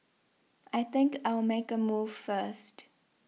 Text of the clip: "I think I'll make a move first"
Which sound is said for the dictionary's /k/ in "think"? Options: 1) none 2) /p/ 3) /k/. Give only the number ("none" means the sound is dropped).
3